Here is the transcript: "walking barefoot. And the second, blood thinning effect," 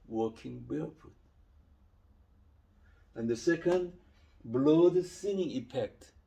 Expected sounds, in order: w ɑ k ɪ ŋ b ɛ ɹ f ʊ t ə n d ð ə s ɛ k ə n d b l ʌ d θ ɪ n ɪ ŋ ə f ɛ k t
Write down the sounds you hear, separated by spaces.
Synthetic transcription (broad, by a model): w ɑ k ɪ ŋ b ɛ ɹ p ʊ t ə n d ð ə s ɛ k ə n d b l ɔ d s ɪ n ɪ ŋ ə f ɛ k t